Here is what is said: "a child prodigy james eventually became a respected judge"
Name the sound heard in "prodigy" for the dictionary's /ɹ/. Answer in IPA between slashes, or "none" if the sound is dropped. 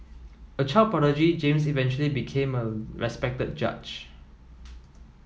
none